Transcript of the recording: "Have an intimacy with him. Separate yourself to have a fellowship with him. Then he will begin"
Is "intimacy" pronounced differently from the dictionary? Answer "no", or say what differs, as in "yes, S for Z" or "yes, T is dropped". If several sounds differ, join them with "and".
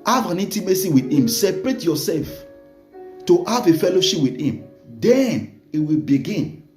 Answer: yes, N is dropped